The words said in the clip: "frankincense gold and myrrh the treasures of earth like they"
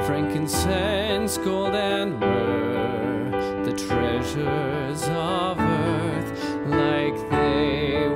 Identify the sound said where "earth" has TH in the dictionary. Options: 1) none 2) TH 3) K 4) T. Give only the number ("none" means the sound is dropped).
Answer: 2